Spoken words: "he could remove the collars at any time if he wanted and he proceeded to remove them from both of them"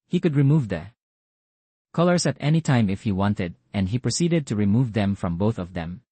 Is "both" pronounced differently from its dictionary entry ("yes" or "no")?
no